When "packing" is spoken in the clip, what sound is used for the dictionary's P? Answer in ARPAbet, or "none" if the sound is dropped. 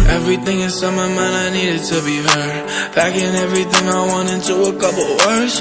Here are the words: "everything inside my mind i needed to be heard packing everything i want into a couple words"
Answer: B